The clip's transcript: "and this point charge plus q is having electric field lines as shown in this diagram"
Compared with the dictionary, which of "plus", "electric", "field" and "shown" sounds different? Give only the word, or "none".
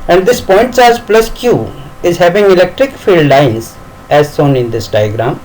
shown